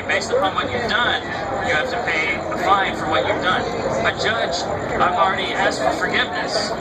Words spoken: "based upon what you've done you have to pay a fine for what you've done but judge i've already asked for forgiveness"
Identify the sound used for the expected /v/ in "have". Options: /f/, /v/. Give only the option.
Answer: /f/